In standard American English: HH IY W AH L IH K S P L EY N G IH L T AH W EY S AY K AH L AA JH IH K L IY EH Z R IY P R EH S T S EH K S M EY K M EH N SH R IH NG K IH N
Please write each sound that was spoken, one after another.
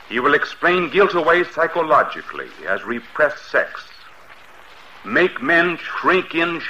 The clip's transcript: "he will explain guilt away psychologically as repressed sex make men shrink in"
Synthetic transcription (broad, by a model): HH IY W AH L IH K S P L EY N G IH L T AH W EY S AY K AH L AA JH IH K L IY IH Z R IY P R EH S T S EH K S M EY K M EH N SH R IH NG K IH N